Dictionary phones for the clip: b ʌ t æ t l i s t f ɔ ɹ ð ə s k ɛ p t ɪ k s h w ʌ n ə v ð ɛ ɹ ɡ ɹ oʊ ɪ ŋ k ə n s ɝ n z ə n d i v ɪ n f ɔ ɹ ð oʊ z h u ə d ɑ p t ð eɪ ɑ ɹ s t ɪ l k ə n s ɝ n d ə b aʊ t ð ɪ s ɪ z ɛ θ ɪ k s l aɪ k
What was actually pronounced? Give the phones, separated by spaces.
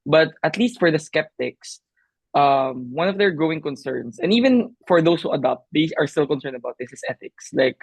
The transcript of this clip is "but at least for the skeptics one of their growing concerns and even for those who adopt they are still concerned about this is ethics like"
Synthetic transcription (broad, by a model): b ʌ t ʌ t l i s t f ɔ ɹ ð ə s k ɛ p t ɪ k s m w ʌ n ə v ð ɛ ɹ ɡ ɹ oʊ ɪ ŋ k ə n s ɝ n s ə n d i v ɪ n f ɔ ɹ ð oʊ s h u ə d ɑ p t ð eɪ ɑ ɹ s t ɪ l k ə n s ɝ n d ə b aʊ t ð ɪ s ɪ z ɛ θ ɪ k s l aɪ k